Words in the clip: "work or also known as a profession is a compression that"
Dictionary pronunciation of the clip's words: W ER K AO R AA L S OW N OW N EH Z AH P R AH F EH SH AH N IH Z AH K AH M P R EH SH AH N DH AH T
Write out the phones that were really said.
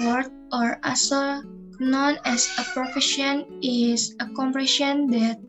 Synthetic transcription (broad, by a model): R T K AO R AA S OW N OW N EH S AH P R AH F EH SH AH N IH S AH K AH M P R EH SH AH N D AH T